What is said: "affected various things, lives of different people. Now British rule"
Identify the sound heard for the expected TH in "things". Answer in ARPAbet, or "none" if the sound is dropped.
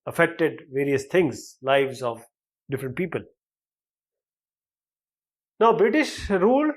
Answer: T